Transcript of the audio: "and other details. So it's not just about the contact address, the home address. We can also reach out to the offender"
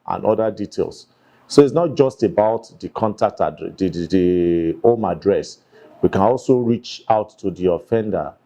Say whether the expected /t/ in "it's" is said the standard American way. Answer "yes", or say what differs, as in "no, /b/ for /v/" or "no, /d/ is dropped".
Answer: yes